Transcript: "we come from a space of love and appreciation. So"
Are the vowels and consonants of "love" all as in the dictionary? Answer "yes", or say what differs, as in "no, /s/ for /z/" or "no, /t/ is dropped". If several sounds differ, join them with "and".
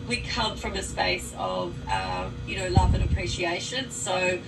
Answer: yes